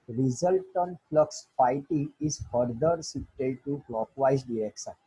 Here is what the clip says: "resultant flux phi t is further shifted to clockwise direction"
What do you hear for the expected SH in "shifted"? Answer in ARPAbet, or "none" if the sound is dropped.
S